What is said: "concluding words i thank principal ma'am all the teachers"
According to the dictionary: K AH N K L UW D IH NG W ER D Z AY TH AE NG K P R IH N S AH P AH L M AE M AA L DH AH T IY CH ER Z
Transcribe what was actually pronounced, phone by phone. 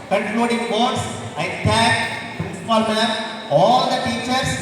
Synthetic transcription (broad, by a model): K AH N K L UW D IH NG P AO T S AY T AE K P R IH N S AH P AH L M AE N AA L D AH T IY CH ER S